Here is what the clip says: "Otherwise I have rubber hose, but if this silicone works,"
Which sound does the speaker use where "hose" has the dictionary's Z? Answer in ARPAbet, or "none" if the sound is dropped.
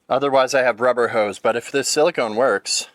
Z